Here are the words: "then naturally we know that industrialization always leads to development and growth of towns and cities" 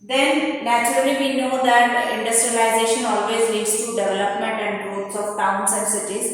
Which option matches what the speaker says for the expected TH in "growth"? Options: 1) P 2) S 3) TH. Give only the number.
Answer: 2